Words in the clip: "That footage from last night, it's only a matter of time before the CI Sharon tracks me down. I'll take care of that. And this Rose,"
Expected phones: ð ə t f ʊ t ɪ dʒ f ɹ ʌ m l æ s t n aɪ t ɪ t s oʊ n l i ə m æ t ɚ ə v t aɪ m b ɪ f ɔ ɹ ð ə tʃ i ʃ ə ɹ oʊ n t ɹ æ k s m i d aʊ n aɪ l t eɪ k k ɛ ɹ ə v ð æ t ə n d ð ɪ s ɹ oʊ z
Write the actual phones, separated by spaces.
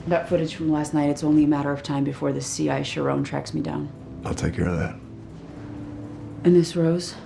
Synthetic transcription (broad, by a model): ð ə t f ʊ t ɪ dʒ f ɹ ʌ m l æ s t n aɪ t ɪ t s oʊ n l i ə m æ t ɚ ə v t aɪ m b ɪ f ɔ ɹ ð ə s i ʃ ə ɹ oʊ n t ɹ æ k s m i d aʊ n aɪ l t eɪ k k ɛ ɹ ə v ð æ t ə n ð ɪ s ɹ oʊ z